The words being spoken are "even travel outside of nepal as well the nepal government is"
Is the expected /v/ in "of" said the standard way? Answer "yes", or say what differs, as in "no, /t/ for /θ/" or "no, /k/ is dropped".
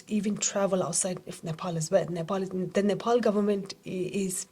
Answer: no, /f/ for /v/